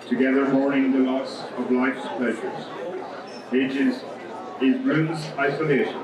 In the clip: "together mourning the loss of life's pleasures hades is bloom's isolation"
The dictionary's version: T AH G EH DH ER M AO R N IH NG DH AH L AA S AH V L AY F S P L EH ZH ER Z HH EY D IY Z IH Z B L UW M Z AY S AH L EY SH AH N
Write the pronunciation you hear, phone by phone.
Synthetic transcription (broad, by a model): T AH G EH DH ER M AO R IH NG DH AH L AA S AH V L AY F S P L EH ZH ER Z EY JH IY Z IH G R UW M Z AY S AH L EY SH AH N